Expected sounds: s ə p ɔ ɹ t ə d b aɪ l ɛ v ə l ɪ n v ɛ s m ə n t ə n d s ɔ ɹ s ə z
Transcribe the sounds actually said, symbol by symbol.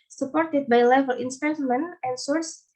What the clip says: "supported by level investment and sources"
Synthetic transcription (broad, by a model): s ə p ɔ ɹ t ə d b aɪ l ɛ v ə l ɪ n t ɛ m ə n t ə n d s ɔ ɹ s